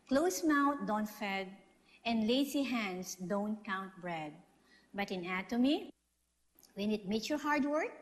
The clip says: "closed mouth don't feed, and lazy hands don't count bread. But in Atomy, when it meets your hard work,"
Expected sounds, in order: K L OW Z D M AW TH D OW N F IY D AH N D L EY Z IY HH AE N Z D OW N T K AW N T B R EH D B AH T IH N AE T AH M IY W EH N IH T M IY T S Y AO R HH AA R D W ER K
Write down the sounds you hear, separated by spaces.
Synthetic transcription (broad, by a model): K L OW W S M AW T D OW N F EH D AH N D L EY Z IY HH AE N S D OW N T K AW N T B R EH D B AH T IH N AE T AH M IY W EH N IH T M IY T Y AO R HH AA R D W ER K